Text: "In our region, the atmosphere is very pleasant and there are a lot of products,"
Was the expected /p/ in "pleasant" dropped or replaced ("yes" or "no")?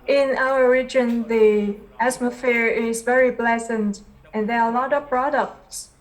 yes